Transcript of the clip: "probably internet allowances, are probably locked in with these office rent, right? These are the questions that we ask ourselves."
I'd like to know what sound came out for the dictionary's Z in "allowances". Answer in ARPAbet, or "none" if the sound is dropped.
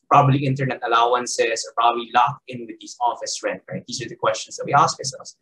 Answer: S